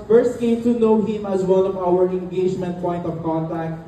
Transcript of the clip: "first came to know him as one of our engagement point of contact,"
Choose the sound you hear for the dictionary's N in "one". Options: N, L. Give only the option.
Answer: L